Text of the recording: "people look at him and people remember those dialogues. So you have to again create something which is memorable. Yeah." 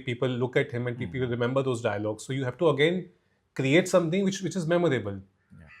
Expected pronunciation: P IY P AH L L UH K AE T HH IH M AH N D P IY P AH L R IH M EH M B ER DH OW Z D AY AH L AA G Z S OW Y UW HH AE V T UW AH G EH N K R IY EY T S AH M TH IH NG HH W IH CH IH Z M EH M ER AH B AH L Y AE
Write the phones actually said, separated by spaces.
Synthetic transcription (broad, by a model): P IY P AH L L UH K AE T HH IH M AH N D P IY P AH L R IH M EH M B ER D OW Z D AY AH L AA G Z S OW Y UW HH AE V T UW AH G EH N K R IY EY T S AH M T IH NG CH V IH CH IH Z M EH M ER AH B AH L